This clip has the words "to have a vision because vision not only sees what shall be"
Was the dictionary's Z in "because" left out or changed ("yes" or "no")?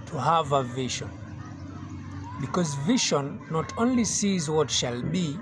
no